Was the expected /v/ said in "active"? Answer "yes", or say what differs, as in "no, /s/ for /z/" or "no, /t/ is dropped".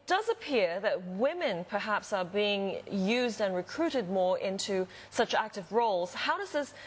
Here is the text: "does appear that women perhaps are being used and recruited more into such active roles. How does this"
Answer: yes